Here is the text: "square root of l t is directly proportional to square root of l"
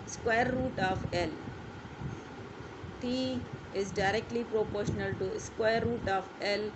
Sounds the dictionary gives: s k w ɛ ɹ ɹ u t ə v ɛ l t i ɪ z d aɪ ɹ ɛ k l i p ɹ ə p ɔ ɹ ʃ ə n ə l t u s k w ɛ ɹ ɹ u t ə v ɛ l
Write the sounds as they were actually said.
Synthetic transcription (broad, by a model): s k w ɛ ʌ ɹ u t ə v ɛ l t i ɪ z d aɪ ɹ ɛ k l i p ɹ ə p ɔ ɹ ʃ ə n ə l t u s k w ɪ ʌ ɹ u t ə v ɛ l